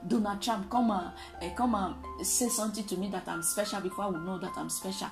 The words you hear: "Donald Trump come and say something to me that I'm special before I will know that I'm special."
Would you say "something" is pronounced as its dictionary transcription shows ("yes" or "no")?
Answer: no